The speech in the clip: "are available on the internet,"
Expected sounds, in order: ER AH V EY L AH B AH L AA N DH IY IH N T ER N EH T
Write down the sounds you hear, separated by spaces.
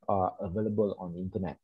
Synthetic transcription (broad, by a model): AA AH V EY L AH B AH L AA N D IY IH N T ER N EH T